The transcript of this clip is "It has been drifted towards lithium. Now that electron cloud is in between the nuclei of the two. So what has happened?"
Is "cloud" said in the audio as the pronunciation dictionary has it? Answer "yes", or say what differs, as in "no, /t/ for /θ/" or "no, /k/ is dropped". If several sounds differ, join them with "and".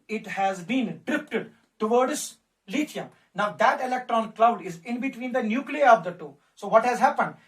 yes